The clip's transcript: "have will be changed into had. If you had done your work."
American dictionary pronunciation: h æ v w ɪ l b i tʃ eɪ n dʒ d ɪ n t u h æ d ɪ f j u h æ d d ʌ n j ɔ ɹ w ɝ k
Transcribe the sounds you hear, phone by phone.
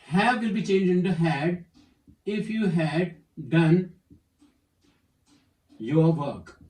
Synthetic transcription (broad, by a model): h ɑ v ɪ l b i tʃ eɪ n dʒ ɪ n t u h æ d ɪ f j u h æ d d ʌ n j ɔ ɹ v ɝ k